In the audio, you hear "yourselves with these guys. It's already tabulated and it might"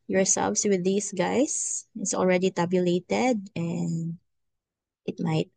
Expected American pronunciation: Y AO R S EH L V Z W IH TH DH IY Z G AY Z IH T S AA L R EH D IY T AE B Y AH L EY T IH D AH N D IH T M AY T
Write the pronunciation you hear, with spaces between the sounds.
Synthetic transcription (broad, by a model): Y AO R S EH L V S W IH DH IY S G AY S IH T S AA L R EH D IY T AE B Y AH L EY T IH D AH N D IH T M AY T